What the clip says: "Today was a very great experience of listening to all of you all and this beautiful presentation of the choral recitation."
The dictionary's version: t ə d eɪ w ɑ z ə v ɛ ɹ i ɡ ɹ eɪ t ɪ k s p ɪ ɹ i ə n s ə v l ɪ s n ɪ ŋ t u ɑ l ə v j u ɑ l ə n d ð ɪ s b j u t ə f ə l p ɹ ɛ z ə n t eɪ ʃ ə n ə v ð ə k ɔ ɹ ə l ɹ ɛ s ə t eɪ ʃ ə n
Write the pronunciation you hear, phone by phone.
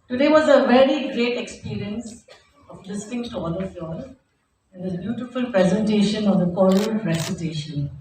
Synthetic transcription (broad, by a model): t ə d eɪ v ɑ z ə v ɛ ɹ i ɡ ɹ eɪ t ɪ k s p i ɹ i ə n s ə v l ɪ s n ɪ ŋ t u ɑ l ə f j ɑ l ə n d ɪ b j u t ə f ə l p ɹ ɛ z ə n t eɪ ʃ ə n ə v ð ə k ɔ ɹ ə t ɹ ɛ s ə t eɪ ʃ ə n